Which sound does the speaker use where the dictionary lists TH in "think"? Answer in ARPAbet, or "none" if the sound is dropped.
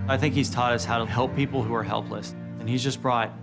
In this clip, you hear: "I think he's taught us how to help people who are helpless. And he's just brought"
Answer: TH